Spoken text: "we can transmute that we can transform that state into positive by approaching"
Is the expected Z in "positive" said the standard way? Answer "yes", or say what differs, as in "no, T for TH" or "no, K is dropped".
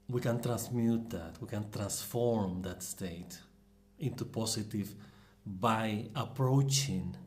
no, S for Z